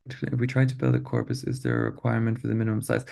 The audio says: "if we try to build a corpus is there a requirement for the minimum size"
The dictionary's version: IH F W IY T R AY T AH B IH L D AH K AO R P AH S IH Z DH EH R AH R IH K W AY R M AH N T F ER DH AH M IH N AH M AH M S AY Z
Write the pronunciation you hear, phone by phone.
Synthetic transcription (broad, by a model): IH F W IY T R AY T AH B IH L D AH K AO R P AH S IH Z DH AH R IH K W AY R M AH N T F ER DH AH M IH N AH M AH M S AY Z